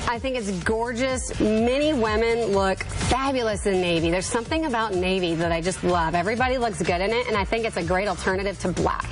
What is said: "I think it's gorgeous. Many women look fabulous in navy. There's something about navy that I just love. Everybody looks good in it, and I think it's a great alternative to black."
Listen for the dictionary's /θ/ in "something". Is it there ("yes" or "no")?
yes